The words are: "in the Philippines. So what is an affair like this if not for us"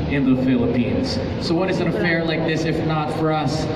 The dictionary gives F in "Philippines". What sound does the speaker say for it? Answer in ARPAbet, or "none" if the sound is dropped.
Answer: F